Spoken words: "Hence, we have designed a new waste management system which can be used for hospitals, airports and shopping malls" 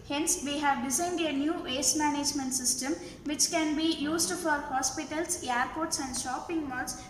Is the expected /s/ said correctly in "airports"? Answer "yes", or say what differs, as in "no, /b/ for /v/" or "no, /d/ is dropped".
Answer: yes